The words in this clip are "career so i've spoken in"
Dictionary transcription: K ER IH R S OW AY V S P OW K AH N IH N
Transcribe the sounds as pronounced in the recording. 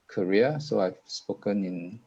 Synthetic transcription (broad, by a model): K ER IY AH S OW AY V S P OW K AH N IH N